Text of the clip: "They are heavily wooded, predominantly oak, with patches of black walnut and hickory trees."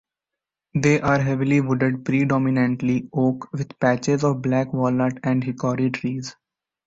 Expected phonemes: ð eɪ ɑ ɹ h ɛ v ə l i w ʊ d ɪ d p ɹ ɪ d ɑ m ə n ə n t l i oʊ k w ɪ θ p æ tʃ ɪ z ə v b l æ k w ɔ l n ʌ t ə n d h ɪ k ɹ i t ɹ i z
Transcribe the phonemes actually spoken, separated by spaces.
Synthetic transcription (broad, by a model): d eɪ ɑ ɹ h ɛ v ə l i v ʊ d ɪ d p ɹ ɪ d ɑ m ə n ə n t l i oʊ k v ɪ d p æ tʃ ɪ z ə v b l æ k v ɔ l ʌ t ə n d h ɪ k ɹ i t ɹ i z